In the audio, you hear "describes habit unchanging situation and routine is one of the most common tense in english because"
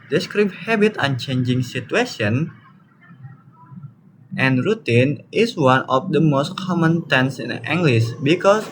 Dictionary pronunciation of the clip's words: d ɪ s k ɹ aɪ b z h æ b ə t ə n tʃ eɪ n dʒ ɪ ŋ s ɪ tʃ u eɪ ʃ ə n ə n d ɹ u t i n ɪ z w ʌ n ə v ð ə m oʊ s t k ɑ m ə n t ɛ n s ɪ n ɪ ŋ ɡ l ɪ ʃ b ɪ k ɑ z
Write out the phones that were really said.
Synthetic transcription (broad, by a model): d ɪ s k ɹ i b h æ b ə t ə n tʃ eɪ n dʒ ɪ ŋ s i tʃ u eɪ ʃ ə n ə n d ɹ u t i n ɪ s w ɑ n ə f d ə m oʊ s t k ɑ m ə n t ɛ n s ɪ n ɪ ŋ ɡ l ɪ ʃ b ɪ k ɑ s